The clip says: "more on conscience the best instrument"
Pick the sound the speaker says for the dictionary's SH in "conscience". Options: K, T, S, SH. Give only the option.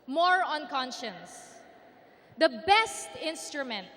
SH